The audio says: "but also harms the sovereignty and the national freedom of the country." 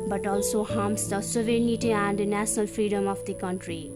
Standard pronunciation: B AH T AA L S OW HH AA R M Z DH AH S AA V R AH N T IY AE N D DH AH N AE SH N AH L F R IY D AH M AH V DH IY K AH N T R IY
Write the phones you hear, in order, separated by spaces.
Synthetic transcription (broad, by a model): B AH T AA L S OW HH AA M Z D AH S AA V AH N T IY AE N D N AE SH N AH L F R IY D AH M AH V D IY K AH N T R IY